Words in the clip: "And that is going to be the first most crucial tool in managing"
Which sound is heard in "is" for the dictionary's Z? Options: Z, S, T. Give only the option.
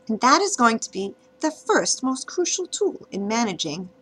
Z